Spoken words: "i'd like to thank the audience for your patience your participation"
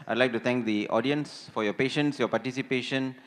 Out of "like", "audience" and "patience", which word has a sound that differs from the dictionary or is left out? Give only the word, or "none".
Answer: none